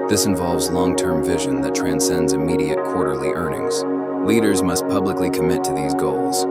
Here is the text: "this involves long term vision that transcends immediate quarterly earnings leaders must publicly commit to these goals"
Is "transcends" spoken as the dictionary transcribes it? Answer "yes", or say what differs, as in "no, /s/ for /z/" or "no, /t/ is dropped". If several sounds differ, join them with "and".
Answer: yes